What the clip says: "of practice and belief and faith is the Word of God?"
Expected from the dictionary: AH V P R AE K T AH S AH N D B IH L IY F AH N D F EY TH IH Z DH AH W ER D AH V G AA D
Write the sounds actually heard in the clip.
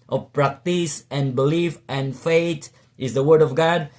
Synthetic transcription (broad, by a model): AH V P R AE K T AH S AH N B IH L IY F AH N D F EY T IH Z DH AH W ER D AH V G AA D